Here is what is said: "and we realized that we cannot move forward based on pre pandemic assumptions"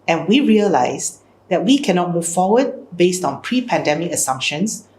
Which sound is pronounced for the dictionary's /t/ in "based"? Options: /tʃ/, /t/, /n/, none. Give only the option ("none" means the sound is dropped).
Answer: /t/